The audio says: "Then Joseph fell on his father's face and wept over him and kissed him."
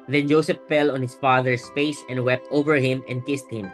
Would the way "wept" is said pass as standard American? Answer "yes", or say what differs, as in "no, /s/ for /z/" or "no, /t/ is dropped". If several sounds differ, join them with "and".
yes